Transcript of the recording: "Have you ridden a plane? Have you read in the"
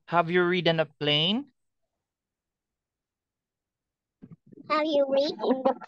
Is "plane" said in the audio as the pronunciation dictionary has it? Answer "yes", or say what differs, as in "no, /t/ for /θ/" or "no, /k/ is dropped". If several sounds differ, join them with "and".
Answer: yes